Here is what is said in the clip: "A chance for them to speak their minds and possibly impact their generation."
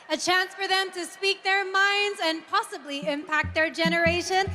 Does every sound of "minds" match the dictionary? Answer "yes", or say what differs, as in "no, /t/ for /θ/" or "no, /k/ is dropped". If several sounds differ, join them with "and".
yes